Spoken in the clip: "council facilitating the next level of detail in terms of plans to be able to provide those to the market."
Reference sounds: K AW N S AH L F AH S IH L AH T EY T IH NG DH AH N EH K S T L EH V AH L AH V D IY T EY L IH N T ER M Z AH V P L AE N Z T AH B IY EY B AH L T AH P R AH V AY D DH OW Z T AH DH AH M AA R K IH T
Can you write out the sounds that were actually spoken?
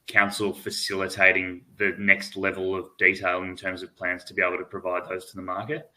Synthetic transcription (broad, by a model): K AW N S L F AH S IH L AH T EY T IH NG DH AH N EH K S T L EH V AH L AH V D IY T EY L IH N T ER M Z AH V P L AE N Z T AH B IY EY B L T AH P R AH V AY D DH OW Z T AH DH AH M AA R K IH T